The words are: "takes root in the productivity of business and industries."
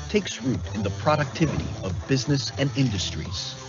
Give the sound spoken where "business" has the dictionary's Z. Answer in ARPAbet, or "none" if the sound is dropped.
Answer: Z